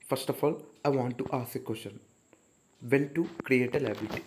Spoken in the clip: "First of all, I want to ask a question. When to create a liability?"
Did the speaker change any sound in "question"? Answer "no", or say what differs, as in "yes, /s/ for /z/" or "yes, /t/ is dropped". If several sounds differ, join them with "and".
yes, /ʃ/ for /tʃ/